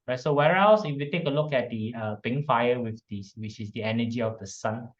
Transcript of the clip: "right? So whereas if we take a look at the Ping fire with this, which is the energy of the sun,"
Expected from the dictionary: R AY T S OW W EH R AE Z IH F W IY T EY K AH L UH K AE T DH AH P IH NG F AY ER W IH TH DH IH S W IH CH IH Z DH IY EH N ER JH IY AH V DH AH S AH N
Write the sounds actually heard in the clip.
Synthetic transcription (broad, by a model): R AY T S OW W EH R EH S IH F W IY T EY K AH L UH K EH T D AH P IH NG F AY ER W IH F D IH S W IH CH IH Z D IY EH N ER JH IY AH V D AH S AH N